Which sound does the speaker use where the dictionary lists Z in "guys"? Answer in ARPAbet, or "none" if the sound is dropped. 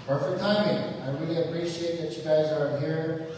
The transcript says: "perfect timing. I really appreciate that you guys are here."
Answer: Z